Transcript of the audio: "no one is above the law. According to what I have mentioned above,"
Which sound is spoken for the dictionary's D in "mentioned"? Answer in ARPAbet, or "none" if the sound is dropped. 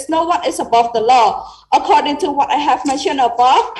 none